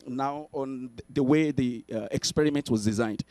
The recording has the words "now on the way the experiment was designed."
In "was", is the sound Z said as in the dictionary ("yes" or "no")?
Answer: yes